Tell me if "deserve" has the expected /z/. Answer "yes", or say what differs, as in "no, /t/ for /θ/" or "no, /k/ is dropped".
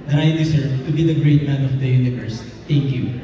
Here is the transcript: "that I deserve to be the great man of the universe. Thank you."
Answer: no, /s/ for /z/